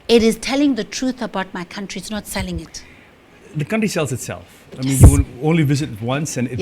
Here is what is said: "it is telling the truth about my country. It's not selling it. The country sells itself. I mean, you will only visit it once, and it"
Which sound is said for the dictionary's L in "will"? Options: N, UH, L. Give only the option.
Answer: N